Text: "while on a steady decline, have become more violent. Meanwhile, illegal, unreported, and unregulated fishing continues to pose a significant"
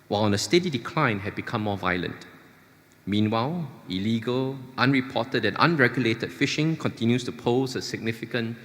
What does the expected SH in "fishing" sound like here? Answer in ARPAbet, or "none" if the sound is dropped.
SH